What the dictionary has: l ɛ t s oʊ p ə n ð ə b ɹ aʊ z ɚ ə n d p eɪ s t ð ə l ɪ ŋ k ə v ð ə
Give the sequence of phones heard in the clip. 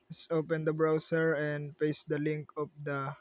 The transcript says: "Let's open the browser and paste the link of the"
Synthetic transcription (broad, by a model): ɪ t s oʊ p ə n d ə b ɹ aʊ s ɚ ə n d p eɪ s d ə l ɪ ŋ k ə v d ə